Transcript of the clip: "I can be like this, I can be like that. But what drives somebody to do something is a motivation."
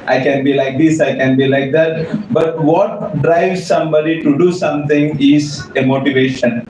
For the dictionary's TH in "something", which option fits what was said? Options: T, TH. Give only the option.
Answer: T